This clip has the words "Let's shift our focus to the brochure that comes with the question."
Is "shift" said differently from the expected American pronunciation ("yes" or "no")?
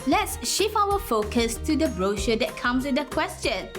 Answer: yes